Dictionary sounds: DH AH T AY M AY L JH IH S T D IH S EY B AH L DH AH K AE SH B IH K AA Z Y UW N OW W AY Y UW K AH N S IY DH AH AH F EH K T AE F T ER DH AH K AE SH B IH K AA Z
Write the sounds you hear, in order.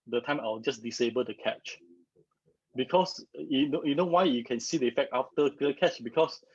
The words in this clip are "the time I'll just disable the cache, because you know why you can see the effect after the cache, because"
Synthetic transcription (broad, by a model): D AH T AY M AY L JH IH S D IH S EY B AH L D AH K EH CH B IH K AA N Y UW N OW W AY Y UW K AH N S IY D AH AH F EH K T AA F T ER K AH K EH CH B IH K AA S